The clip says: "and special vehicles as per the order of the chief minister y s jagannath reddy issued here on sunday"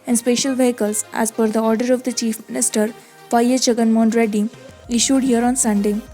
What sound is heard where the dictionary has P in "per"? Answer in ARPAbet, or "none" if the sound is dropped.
F